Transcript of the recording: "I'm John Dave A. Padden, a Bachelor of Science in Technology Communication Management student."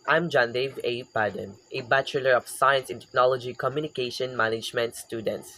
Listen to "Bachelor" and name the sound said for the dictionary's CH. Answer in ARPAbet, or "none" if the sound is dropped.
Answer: CH